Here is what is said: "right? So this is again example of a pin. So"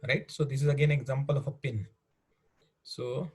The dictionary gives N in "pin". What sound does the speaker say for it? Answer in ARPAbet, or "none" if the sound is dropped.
N